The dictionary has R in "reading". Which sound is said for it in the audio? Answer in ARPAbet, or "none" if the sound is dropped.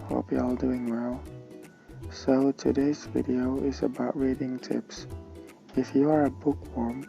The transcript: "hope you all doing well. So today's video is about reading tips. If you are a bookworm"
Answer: R